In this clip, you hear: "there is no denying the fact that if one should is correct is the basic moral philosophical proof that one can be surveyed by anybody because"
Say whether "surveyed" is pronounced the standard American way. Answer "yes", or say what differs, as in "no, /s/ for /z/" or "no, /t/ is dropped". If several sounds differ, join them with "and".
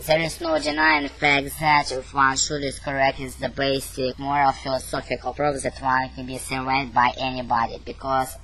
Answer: no, /w/ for /v/